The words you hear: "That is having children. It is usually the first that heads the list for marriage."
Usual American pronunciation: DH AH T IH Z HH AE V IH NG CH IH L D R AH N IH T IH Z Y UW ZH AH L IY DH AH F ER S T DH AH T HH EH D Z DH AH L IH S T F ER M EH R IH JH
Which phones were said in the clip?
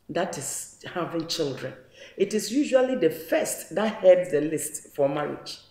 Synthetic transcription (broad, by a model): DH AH T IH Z HH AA V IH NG CH IH L D R AH N IH T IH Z Y UW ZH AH L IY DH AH F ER S T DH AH T HH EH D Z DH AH L IH S T F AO M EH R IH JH